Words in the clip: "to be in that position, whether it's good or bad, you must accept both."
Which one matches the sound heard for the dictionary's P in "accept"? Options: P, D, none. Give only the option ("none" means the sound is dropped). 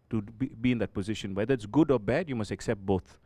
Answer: P